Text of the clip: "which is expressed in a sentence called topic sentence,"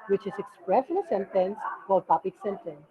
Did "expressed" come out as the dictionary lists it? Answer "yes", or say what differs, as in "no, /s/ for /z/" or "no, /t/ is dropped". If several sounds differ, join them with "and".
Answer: no, /t/ is dropped